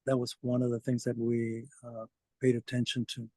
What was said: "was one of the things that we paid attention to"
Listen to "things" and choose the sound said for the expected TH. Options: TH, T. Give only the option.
TH